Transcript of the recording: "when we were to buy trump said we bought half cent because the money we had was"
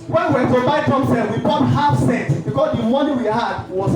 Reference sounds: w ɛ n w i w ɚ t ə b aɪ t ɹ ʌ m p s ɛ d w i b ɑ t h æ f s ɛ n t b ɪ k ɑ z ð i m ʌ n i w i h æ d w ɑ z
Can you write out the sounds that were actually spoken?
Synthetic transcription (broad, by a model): w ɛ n w i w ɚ t ə b aɪ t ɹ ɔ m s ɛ w i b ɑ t h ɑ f s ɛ t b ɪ k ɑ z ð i m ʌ n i w i h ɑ d w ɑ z